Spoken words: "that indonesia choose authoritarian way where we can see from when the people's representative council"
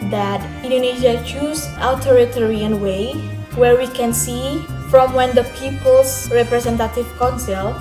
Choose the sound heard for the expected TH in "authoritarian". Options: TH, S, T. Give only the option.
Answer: T